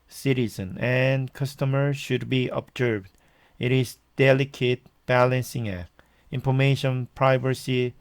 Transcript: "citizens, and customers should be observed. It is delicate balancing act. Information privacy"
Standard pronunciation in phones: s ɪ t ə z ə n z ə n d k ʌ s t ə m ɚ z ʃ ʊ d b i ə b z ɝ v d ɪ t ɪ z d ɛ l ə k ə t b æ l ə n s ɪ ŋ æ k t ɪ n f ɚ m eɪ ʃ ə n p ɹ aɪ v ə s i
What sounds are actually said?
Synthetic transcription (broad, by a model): s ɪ t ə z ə n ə n k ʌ s t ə m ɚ ʃ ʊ d b i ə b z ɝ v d ɪ t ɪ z d ɛ l ə k ə t b æ l ə n s ɪ ŋ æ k ɪ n f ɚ m eɪ ʃ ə n p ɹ aɪ v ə s i